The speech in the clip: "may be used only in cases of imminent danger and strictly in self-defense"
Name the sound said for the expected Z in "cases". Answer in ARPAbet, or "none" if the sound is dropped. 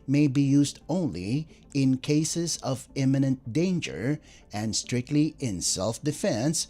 Z